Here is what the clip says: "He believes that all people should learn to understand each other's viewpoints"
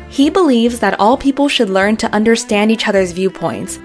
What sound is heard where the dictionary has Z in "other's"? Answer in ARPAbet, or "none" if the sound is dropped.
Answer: Z